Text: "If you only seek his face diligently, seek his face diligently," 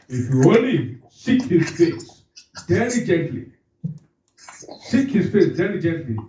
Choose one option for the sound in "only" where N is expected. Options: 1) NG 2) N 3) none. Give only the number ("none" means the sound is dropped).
3